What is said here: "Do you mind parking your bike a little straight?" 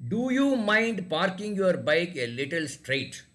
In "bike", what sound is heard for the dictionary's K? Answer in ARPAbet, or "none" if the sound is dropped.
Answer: K